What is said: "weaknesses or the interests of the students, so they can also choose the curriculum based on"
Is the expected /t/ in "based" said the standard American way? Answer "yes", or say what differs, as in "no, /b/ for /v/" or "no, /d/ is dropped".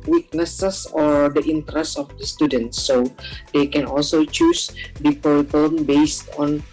yes